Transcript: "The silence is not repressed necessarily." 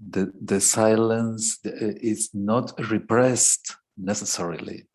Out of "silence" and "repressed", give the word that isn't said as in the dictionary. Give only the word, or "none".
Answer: none